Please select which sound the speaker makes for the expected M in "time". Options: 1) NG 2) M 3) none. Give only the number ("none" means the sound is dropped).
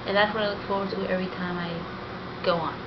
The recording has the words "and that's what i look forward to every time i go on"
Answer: 2